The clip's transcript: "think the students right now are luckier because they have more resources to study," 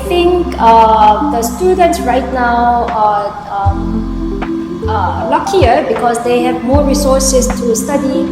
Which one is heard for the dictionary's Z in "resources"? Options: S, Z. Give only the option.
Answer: S